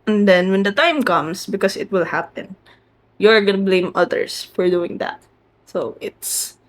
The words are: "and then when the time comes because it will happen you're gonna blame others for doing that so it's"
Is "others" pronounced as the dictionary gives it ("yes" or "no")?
no